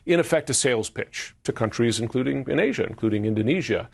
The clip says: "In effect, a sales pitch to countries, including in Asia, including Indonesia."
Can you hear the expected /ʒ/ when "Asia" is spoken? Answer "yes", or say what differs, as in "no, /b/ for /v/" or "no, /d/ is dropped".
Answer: yes